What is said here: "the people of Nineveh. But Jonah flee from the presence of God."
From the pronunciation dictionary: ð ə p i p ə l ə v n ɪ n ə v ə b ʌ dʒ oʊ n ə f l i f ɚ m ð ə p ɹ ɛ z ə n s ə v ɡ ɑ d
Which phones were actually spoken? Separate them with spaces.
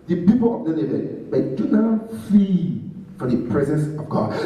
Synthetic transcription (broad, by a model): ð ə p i p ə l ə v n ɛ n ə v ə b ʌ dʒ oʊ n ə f i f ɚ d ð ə p ɹ ɛ z ə n s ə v ɡ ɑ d